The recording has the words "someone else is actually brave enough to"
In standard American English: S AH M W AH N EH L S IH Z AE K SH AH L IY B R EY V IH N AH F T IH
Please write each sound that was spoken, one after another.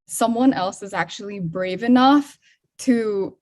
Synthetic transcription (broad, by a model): S AH M W AH N EH L S IH Z AE K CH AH L IY B R EY V IH N AH F T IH